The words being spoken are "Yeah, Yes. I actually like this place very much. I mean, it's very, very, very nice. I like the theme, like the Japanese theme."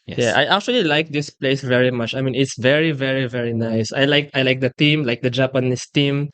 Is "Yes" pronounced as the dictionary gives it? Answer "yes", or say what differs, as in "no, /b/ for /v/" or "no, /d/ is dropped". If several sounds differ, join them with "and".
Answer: no, /s/ is dropped